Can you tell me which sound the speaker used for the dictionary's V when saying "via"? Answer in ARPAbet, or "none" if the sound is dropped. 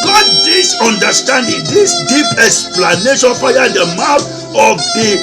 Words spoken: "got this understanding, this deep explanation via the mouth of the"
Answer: P